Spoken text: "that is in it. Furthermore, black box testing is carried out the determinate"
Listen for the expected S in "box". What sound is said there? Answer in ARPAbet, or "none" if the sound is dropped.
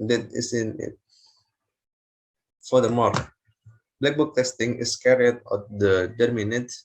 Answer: none